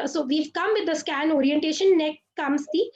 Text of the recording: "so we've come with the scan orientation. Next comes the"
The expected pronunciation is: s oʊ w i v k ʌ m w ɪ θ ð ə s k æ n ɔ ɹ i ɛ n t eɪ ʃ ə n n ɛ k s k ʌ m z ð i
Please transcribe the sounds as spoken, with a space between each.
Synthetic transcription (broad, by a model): s oʊ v i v k ʌ m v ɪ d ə s k æ n ɔ ɹ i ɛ n t eɪ ʃ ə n n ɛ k k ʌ m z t i